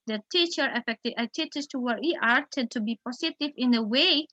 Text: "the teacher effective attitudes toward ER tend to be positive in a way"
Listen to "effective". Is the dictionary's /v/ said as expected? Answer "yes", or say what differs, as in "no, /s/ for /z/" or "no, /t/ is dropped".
no, /v/ is dropped